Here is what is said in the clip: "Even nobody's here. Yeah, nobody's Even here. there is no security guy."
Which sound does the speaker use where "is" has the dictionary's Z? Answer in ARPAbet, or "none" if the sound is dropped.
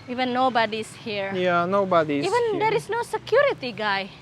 S